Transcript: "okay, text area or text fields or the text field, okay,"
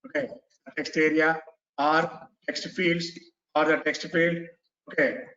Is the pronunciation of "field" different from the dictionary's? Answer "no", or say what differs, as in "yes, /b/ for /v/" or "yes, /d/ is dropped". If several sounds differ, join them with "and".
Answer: no